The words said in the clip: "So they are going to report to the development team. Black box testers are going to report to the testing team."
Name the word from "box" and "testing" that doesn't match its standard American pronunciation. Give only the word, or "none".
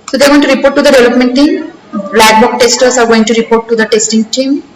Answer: box